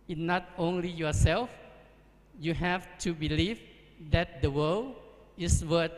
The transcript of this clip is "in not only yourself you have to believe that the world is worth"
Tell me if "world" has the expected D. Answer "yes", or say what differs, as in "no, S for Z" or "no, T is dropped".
no, D is dropped